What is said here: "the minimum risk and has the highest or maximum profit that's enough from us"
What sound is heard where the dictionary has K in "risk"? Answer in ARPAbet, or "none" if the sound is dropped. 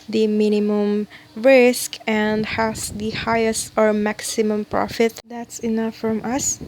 K